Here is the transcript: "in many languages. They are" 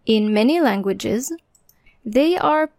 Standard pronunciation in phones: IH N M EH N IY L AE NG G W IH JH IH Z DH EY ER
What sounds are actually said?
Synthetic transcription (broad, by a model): IH N M EH N IY L AE NG G W IH JH IH Z DH EY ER